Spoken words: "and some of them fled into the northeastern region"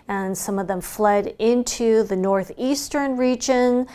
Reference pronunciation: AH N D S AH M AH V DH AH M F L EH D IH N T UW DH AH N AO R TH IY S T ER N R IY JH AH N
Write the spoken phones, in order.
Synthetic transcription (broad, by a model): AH N S AH M AH V DH AH M F L EH D IH N T UW DH AH N AO R TH IY S T ER N R IY JH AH N